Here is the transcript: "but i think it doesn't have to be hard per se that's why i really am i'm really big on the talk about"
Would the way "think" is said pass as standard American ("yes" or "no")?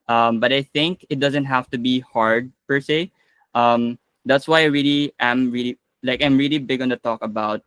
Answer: yes